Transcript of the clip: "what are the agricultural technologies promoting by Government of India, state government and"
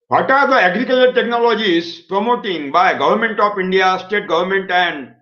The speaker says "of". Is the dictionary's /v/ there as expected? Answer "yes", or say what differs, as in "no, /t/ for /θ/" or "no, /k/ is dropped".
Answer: no, /p/ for /v/